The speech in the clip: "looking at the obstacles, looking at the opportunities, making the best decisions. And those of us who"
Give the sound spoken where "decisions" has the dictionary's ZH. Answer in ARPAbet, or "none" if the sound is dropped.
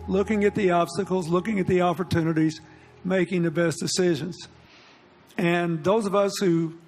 ZH